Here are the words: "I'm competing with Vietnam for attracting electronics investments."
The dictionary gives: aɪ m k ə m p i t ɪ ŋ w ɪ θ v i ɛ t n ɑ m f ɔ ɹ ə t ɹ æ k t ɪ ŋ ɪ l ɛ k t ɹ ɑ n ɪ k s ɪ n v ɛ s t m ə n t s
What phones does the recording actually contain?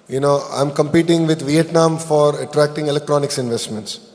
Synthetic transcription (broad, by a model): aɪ m k ə m p i t ɪ ŋ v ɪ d v i ɛ t n ɑ m f ɔ ɹ ə t ɹ æ k t ɪ ŋ ɪ l ɛ k t ɹ ɑ n ɪ k s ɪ n v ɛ s t m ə n t s